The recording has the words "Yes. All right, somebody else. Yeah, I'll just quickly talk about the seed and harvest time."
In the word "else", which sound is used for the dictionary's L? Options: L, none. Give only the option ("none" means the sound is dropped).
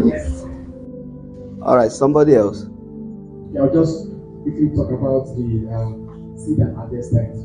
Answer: L